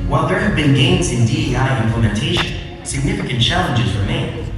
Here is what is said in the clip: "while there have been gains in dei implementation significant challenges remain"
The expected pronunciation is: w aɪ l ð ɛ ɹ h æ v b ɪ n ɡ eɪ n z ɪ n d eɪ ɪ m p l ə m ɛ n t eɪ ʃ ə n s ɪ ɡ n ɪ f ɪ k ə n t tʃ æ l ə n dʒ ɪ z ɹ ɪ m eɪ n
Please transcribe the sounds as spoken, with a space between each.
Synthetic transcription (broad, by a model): w aɪ l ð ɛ ɹ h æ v b ɪ n ɡ eɪ n z ɪ n d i ɪ m p l ə m ɛ n t eɪ ʃ ə n s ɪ ɡ n ɪ f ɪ k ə n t tʃ æ l ə n dʒ ɪ z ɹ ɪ m eɪ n